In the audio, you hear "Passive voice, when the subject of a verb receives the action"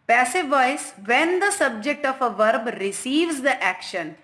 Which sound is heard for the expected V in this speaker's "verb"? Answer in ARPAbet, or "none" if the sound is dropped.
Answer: V